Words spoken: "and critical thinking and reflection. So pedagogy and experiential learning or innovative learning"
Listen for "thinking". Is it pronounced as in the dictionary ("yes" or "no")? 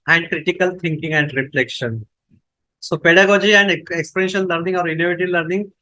no